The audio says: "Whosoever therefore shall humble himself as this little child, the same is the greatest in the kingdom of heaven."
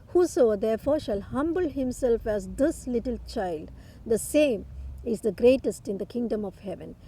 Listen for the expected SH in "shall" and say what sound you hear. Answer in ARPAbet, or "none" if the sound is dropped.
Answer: SH